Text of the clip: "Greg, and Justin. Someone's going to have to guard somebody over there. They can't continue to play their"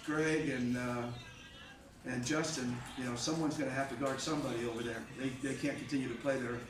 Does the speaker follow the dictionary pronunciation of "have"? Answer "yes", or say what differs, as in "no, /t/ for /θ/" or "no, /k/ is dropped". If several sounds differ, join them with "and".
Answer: no, /f/ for /v/